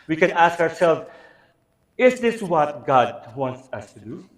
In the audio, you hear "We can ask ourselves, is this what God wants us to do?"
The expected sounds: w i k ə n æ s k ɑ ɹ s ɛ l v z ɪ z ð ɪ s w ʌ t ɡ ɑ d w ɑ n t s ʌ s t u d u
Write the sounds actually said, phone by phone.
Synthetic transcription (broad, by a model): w i k ə n æ s k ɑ ɹ s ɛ l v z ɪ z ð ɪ s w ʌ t ɡ ɑ d w ɑ n t s ʌ s t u d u